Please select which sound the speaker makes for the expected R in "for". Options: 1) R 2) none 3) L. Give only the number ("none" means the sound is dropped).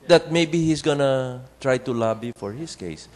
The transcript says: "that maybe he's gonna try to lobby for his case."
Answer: 1